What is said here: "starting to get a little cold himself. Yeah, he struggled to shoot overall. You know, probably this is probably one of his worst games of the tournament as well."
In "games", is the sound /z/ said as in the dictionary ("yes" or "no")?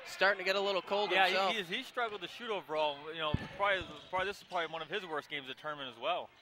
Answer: yes